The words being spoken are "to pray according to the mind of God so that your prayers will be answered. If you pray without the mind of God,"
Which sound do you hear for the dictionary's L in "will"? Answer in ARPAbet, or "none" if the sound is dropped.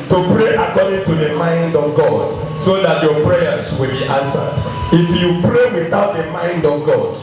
L